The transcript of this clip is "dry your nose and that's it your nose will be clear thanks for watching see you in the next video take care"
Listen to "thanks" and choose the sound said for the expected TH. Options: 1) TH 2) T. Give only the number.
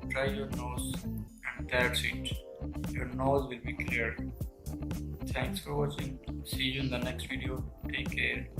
2